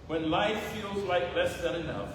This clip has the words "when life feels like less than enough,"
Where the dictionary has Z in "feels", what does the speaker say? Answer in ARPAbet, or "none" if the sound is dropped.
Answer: Z